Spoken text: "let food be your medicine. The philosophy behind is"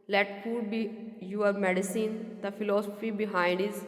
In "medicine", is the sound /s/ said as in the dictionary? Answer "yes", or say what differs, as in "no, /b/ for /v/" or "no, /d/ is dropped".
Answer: yes